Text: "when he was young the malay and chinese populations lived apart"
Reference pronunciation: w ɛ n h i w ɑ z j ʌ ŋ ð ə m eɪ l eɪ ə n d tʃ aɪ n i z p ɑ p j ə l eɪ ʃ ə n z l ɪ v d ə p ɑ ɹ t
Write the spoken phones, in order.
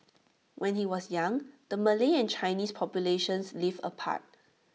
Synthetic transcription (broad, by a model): w ɛ n h i w ɑ s j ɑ ŋ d ə m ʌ l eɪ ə n tʃ aɪ n i s p ɑ p j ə l eɪ ʃ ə n s l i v ə p ɑ t